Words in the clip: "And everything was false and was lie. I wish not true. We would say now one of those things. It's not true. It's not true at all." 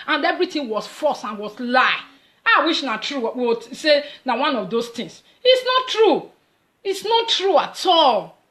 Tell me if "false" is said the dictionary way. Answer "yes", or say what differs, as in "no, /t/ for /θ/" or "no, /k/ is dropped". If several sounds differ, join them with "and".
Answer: no, /l/ is dropped